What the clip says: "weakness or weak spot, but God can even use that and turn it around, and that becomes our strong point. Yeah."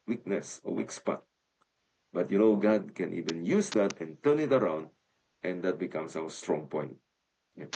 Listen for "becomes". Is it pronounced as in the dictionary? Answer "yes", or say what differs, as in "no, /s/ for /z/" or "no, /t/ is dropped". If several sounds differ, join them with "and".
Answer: no, /s/ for /z/